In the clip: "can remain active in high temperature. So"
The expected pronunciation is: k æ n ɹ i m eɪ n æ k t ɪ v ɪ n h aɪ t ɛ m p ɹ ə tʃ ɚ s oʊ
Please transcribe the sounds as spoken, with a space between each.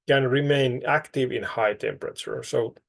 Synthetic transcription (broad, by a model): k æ n ɹ i m eɪ n æ k t ɪ v ɪ n h aɪ t ɛ m p ɹ ə tʃ ɚ s oʊ